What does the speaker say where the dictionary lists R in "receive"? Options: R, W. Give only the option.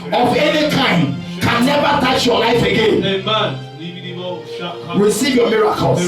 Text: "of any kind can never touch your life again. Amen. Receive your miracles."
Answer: R